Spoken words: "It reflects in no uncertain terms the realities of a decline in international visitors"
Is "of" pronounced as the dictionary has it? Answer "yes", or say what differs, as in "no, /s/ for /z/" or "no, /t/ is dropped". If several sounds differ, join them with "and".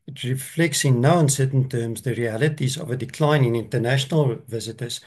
yes